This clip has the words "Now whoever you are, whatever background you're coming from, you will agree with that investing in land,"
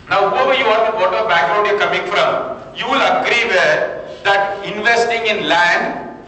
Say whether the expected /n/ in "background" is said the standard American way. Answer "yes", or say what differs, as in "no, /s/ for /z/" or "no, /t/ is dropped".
no, /n/ is dropped